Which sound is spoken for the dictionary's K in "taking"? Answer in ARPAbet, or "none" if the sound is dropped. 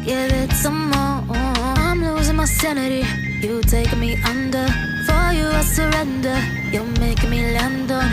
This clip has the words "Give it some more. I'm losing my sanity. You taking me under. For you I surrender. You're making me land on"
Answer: none